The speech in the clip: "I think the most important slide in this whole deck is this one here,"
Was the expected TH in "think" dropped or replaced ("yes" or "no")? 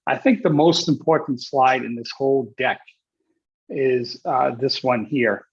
no